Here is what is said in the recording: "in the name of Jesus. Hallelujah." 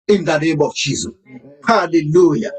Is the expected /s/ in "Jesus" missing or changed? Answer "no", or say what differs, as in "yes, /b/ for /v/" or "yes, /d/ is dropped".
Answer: yes, /s/ is dropped